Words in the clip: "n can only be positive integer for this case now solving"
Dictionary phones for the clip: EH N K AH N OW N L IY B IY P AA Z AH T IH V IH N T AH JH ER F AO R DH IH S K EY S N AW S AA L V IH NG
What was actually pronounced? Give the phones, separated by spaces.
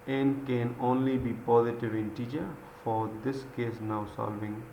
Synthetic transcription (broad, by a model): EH N K AH N OW N L IY B IY P AA Z AH T IH V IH N T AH CH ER F AO R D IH S K EY S N AW S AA L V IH NG